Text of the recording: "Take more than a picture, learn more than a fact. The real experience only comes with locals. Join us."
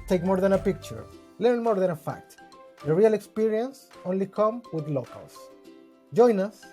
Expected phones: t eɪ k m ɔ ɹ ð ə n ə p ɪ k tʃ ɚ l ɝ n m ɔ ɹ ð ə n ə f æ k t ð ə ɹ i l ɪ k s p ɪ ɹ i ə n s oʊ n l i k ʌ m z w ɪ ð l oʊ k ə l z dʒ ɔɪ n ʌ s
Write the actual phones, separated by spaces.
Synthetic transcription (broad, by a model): t eɪ k m ɔ ɹ ð ə n ə p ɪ k tʃ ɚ l ɝ n m ɔ ɹ ð ə n ə f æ k t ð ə ɹ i l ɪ k s p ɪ ɹ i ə n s oʊ n l i k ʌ m w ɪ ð l oʊ k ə l s dʒ ɔɪ n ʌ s